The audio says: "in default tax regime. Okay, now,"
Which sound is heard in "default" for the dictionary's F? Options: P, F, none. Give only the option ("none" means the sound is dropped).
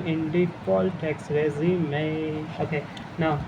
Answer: P